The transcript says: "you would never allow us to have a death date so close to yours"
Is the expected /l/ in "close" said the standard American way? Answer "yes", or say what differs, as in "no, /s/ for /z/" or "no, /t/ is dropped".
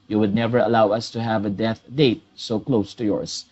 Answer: yes